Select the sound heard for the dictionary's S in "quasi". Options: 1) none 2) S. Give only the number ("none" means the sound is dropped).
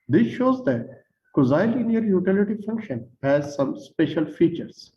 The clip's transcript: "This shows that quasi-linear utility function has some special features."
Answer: 1